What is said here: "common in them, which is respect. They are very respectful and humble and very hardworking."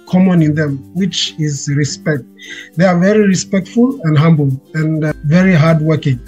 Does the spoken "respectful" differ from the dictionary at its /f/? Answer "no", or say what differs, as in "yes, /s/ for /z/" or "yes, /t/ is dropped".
no